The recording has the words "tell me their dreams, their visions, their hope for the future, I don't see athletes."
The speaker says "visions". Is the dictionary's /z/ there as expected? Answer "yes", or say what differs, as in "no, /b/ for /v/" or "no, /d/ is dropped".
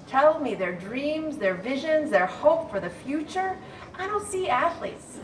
yes